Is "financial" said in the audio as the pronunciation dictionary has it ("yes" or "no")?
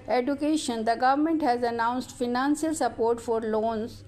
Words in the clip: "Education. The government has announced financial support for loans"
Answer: no